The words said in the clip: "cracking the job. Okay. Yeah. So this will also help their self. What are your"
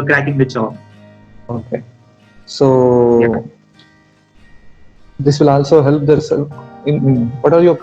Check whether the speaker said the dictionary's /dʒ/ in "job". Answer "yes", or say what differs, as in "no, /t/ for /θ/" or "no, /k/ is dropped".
no, /tʃ/ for /dʒ/